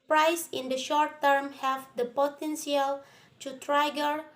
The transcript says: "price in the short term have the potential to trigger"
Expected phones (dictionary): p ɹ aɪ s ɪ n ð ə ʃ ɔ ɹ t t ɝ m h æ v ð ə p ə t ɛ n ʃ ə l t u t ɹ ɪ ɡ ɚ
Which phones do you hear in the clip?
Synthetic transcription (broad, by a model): p ɹ aɪ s ɪ n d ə ʃ ɔ ɹ t t ɝ m h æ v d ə p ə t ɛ n s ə l t u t ɹ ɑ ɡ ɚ